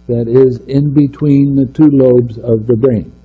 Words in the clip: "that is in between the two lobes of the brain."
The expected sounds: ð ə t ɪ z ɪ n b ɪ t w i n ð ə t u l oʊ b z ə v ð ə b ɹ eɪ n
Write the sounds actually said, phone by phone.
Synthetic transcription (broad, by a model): ð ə t ɪ z ɪ n b ɪ t w i n ð ə t u l oʊ b z ə v ð ə b ɹ eɪ n